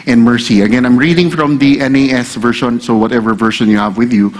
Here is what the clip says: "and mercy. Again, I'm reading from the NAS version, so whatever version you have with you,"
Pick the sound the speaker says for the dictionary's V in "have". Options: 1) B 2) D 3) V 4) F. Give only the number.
3